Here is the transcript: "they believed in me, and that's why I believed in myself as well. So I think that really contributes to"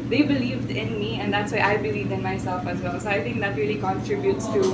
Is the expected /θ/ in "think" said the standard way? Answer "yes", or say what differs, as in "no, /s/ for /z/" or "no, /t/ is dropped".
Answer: no, /t/ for /θ/